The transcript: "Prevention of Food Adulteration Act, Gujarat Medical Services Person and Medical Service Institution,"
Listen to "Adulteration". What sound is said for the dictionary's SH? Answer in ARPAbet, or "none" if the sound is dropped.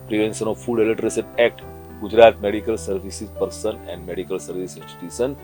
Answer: S